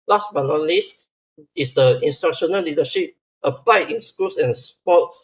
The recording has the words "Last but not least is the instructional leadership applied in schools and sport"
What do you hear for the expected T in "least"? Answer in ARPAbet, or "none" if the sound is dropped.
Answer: none